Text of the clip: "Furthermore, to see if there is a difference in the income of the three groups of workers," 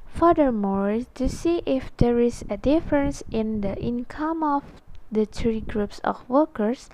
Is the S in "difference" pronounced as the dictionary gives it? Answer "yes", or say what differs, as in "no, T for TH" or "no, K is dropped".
yes